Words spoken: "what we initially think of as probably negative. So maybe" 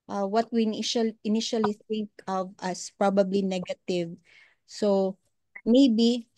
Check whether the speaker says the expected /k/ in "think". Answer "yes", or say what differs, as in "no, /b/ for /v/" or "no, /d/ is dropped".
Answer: yes